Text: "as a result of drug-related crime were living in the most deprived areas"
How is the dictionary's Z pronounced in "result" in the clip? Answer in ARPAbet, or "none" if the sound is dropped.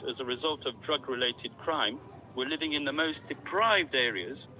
Z